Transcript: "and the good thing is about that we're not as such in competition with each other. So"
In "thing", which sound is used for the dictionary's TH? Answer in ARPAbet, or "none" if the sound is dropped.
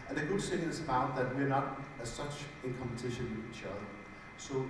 S